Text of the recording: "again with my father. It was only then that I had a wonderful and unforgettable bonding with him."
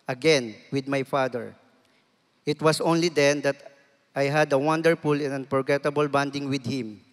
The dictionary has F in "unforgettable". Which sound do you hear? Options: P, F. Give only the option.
P